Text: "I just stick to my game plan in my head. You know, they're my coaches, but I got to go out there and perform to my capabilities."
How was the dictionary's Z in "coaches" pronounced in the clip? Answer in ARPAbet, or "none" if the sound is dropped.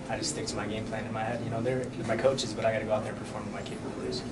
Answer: Z